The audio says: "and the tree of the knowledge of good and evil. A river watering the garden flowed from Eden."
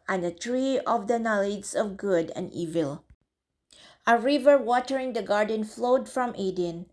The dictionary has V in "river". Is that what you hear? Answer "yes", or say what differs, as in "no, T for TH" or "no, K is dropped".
yes